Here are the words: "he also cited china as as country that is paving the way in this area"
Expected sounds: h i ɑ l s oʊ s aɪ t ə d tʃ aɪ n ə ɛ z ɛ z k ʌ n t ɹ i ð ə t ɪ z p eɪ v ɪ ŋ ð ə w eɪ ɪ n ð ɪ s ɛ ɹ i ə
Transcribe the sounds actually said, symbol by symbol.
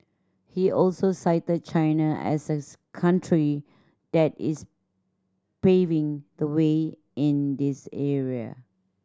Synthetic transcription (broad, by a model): h i ɑ l s oʊ s aɪ t ə d tʃ aɪ n ə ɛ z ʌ k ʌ n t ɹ i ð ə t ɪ s p eɪ v ɪ ŋ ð ə w eɪ ɪ n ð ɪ s ɛ ɹ i ə